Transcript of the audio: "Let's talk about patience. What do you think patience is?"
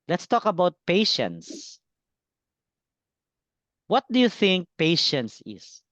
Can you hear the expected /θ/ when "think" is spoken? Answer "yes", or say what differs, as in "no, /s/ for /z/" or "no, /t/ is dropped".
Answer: yes